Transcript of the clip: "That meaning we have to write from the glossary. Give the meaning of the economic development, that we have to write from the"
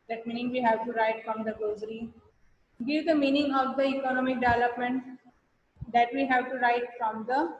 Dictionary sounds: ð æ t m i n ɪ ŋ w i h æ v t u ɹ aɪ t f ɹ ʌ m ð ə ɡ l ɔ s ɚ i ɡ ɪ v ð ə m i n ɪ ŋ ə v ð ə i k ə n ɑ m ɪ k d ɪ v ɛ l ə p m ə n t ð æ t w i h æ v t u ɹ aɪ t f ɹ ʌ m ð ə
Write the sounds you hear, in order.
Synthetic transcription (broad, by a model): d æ t m i n ɪ ŋ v i h æ v t u ɹ aɪ t f ɹ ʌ m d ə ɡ ɔ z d i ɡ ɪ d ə m i n ɪ ŋ ə v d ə i k ə n ɑ m ɪ k d ɪ v ɛ l ə p m ə n t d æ t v i h æ v t u ɹ aɪ t f ɹ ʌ m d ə